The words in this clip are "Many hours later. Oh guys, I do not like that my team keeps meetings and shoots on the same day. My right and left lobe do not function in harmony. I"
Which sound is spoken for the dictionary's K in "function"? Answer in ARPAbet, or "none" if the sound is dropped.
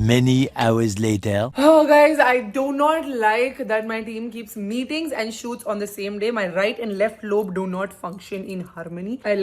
K